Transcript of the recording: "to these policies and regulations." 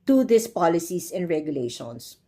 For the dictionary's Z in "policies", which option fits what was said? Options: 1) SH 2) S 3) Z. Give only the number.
2